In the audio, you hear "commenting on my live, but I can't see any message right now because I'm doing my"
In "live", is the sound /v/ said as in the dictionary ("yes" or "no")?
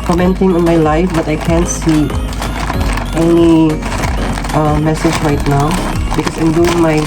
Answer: no